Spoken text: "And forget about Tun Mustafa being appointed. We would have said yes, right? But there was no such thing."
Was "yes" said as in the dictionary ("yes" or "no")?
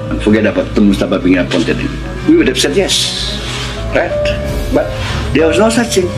yes